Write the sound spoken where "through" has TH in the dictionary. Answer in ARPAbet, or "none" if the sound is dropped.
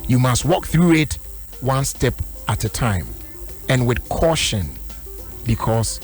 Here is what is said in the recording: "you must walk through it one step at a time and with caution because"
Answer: TH